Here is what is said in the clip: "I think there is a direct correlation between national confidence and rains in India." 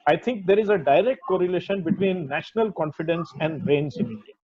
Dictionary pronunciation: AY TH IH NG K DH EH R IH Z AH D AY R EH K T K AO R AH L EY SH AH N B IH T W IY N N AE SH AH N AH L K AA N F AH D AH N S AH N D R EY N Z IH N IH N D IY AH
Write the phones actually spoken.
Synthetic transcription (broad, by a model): AY T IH NG K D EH R IH Z AH D AY R EH K T K AO R AH L EY SH AH N B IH T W IY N N AE SH AH N AH L K AA N F AH D AH N S AH N D R EY N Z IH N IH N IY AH